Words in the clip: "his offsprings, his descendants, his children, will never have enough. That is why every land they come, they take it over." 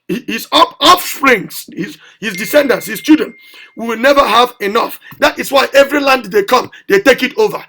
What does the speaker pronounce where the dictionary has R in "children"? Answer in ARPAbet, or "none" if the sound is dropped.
none